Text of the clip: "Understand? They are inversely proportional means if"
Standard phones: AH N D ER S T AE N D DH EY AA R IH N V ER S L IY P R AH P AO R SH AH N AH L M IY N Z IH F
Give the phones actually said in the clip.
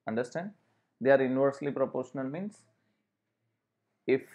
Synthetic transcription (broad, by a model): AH N D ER S T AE N D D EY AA R IH N V ER S L IY P R AH P AO R SH AH N AH L M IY N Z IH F